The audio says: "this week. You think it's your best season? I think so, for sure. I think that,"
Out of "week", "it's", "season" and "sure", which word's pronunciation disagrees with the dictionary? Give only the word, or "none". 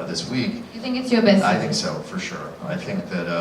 season